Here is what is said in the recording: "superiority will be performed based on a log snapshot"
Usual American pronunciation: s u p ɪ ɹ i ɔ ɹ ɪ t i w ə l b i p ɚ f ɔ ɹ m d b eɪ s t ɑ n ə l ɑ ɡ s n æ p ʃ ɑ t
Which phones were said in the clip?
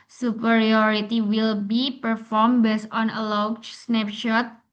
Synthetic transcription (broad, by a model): s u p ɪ ɹ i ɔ ɹ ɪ t i w ə l b i p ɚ f ɔ ɹ m b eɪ s ɑ n ə l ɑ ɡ s n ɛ p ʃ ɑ t